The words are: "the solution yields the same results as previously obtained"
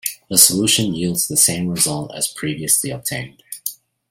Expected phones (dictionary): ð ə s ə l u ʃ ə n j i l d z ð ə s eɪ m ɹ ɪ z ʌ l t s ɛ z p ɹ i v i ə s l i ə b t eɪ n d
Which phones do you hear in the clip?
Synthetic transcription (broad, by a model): ð ə s ə l u ʃ ə n j i l d z ð ə s eɪ m ɹ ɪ z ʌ l t ɪ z p ɹ i v i ə s l i ə b t eɪ n d